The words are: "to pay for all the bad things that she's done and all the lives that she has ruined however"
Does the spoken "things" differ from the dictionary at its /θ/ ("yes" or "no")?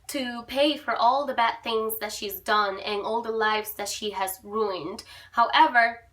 no